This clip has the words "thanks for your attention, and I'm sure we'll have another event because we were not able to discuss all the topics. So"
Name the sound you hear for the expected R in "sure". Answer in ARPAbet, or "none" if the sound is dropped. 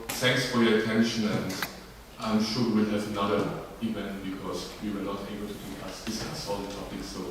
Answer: W